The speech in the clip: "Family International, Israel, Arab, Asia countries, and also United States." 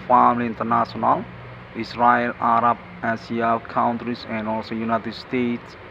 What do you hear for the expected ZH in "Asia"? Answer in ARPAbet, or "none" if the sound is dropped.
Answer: S